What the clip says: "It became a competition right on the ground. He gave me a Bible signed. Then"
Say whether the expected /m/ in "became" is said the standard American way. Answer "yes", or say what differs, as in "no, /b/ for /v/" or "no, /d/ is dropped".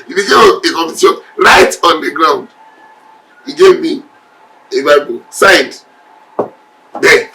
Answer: no, /m/ is dropped